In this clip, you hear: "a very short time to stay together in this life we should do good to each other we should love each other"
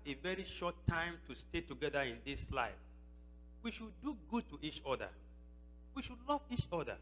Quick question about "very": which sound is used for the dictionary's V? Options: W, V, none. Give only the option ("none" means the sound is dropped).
V